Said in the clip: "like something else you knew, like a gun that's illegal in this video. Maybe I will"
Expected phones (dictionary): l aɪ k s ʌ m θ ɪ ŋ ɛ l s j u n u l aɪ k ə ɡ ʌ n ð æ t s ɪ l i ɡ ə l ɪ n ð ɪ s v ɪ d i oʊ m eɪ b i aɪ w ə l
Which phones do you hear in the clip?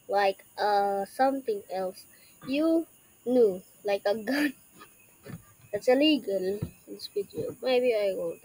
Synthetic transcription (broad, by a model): l aɪ k s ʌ m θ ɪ ŋ ɛ l s j u n u l aɪ k ə ɡ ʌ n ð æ t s ɪ l i ɡ ə l ɪ n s p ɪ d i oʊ m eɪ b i aɪ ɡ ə